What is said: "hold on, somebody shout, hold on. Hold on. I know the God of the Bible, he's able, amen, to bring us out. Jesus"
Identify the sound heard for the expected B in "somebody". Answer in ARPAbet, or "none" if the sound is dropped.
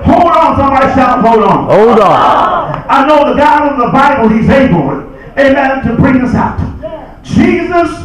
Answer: none